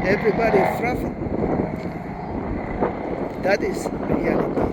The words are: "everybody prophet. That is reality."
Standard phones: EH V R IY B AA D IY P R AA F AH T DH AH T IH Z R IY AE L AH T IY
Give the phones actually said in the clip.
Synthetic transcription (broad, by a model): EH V R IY B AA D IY F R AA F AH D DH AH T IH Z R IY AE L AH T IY